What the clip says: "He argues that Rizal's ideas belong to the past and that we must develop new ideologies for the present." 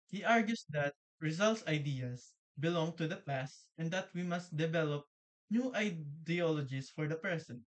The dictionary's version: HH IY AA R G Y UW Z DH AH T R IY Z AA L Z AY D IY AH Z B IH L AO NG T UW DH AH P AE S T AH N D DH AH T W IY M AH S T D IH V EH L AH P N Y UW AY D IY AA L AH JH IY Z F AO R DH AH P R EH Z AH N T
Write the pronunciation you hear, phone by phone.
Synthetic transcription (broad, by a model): HH IY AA R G Y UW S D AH T R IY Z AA L S AY D IY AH S B IH L AO NG T UW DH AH P AE S T AH N D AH T W IY M AH S T D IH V EH L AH P N Y UW AY D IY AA L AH JH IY S F AO R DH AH P R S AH N